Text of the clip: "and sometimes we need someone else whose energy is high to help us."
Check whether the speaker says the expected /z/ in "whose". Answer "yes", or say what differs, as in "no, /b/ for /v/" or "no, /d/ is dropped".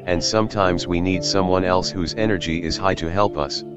yes